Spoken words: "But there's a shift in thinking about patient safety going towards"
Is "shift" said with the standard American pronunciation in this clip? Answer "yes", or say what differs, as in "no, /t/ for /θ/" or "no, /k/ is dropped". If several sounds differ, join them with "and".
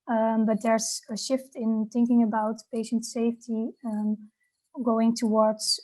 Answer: yes